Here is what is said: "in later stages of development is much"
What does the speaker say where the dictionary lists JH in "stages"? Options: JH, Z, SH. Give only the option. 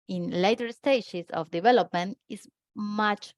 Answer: SH